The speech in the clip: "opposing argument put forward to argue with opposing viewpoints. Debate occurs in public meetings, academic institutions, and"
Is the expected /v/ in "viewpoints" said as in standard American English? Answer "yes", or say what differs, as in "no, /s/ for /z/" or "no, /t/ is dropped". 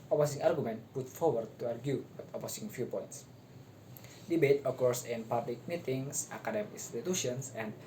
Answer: no, /f/ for /v/